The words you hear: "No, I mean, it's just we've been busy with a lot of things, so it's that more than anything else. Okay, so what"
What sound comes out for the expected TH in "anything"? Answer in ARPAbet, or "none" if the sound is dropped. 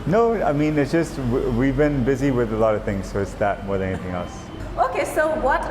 TH